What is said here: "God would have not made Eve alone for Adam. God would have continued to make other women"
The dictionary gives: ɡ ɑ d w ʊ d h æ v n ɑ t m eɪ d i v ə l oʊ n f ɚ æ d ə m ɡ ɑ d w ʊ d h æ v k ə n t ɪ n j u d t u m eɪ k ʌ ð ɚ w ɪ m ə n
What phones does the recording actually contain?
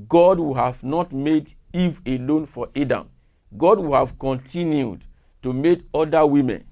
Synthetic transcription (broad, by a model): ɡ ɑ d w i h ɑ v n ɑ t m eɪ d i v ə l oʊ n f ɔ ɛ d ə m ɡ ɑ d w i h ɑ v k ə n t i n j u d t u m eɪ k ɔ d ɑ w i m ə n